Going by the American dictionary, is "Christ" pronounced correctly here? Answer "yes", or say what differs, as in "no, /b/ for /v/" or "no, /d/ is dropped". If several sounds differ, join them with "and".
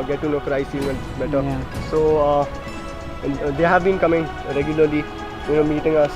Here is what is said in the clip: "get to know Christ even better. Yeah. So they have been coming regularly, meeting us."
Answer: no, /t/ is dropped